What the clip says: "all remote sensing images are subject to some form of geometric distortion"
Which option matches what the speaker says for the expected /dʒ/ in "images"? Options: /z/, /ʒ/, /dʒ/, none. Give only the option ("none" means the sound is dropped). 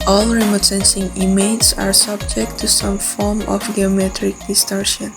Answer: none